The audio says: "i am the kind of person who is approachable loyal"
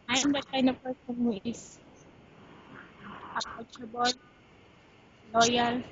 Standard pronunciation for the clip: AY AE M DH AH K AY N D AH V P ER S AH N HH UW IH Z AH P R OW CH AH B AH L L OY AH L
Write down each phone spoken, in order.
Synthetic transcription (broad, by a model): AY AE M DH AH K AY N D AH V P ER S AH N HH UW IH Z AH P OW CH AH B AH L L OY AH L